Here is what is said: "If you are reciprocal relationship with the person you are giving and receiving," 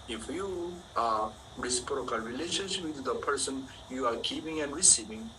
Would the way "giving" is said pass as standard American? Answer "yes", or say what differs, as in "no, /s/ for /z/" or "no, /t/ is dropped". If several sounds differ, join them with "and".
no, /p/ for /v/